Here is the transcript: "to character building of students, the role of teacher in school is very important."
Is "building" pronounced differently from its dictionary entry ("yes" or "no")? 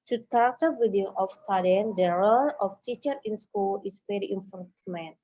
yes